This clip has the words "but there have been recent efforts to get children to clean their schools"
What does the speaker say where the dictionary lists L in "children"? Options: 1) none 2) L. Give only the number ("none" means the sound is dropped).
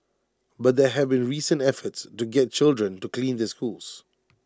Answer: 2